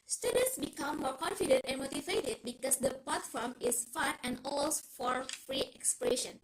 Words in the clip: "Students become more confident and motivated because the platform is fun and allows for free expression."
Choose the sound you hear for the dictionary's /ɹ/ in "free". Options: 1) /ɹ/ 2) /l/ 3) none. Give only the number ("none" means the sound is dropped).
1